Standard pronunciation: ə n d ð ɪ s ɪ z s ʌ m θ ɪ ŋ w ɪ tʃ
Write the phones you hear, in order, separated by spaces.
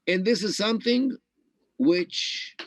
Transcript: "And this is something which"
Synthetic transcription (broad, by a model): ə n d ð ɪ s ɪ z s ʌ m θ ɪ ŋ w ɪ tʃ